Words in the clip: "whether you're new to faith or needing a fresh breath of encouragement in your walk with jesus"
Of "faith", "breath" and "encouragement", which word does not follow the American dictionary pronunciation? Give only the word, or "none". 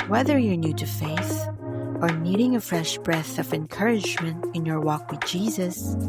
none